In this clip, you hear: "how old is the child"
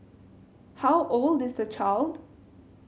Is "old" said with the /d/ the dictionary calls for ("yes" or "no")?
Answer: yes